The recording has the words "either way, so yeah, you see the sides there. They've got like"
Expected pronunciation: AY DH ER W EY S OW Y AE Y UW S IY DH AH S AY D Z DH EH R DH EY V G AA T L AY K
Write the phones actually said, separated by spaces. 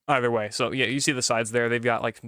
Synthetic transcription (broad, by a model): AY DH ER W EY S OW Y AE Y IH S IY DH AH S AY D Z DH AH R DH EY V G AA T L AY K